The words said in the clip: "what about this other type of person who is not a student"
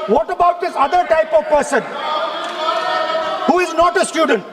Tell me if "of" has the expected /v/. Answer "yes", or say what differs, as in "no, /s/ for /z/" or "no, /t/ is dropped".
yes